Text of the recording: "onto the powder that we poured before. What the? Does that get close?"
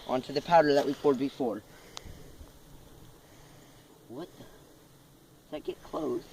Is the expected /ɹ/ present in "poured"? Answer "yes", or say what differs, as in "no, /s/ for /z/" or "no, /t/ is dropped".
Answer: no, /l/ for /ɹ/